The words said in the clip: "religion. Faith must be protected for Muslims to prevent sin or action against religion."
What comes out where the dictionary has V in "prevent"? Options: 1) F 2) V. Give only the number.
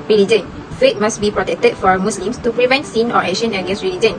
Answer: 2